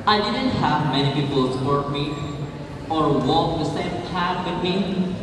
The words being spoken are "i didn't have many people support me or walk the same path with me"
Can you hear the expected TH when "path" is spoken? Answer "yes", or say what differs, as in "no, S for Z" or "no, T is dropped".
no, T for TH